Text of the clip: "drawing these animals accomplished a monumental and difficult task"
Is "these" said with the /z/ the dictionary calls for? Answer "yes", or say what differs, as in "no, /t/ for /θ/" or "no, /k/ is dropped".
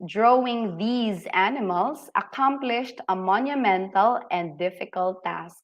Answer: yes